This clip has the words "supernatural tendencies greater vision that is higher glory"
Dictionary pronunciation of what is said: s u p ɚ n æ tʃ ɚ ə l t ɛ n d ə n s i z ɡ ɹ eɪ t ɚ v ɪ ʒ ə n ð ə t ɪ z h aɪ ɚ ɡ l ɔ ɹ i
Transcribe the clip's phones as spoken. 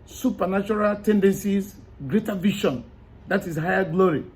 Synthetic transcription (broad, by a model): s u p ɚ n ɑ tʃ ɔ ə l t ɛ n d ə n s i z ɡ ɹ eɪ t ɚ v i ʃ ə n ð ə t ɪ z h aɪ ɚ ɡ l ɔ ɹ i